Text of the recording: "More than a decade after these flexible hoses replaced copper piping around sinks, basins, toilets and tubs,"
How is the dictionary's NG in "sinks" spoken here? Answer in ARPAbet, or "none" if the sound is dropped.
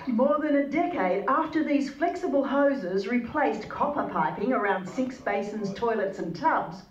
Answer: none